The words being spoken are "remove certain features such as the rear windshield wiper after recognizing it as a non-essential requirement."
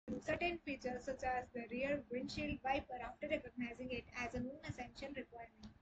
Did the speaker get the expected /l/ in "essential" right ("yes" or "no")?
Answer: no